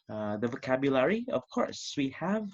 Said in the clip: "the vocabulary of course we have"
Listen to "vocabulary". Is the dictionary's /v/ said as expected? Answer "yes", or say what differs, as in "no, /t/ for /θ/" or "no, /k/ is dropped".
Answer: yes